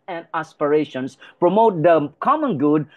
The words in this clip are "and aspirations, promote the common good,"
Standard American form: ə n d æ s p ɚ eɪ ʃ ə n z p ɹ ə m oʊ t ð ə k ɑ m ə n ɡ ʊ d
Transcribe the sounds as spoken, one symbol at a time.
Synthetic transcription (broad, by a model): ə n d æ s p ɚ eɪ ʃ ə n s p ɹ ə m oʊ t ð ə k ɑ m ə n ɡ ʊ d